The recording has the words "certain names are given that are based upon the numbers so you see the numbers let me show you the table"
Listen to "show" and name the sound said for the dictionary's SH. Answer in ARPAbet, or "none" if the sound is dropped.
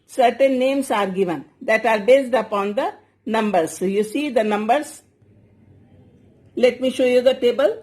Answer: SH